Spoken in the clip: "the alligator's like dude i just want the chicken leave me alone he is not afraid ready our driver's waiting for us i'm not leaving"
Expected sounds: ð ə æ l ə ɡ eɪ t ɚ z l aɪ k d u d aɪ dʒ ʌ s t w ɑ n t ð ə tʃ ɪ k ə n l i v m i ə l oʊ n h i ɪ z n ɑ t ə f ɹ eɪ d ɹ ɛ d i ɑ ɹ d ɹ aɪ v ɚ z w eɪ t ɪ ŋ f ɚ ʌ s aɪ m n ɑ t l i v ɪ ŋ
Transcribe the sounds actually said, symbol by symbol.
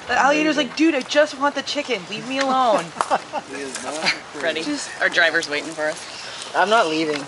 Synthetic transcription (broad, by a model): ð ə æ l ə ɡ eɪ t ɚ z l aɪ k d u d aɪ dʒ ʌ s t w ɑ n ð ə tʃ ɪ k ə n l i v m i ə l oʊ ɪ n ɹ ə ɹ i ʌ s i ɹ d ɹ aɪ v ɚ z w eɪ t ɪ ŋ f ɚ ʌ s aɪ m n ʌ t l i v ɪ ŋ